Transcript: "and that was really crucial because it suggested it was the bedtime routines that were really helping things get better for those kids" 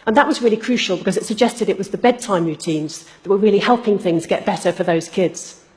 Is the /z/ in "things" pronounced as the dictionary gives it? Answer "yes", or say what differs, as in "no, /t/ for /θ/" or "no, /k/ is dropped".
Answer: yes